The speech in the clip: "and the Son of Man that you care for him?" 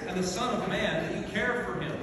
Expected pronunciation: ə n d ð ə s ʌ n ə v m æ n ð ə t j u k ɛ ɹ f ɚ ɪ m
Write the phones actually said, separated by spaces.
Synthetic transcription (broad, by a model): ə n ð ə s ʌ n ə v m æ n ð ə t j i k ɛ ɹ f ɚ ɪ m